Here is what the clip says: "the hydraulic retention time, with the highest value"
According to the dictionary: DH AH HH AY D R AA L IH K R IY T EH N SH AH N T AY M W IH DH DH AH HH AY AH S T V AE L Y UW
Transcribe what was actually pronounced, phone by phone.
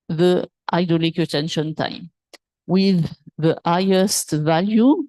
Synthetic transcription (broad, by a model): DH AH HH AY D AA L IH K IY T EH N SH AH N T AY M W IH DH DH AH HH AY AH S T V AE L Y UW